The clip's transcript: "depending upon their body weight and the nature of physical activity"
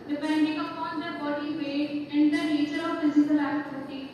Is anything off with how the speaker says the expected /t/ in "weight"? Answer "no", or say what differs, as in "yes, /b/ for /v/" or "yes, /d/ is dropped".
yes, /t/ is dropped